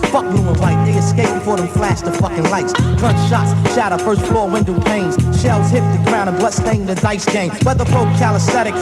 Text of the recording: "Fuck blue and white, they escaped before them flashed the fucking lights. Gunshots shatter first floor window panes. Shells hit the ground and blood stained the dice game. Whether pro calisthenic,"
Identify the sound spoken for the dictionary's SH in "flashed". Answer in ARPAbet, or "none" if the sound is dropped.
S